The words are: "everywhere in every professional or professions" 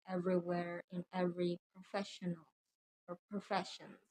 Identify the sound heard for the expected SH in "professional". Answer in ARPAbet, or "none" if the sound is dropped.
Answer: SH